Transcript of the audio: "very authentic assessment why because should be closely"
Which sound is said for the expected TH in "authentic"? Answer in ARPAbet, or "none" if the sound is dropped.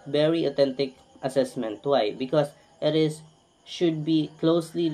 T